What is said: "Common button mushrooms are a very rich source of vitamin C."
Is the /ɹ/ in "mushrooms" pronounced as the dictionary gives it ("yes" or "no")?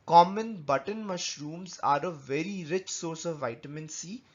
yes